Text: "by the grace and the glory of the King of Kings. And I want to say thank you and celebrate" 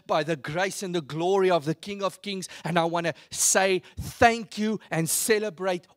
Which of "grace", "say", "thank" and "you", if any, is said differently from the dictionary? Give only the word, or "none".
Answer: none